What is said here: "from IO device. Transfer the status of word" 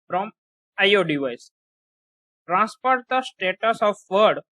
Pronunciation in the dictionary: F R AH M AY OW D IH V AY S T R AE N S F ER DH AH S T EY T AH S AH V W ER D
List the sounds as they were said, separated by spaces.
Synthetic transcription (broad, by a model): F R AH M AY OW D IH V AY S T R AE N S P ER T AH S T EY T AH S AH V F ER D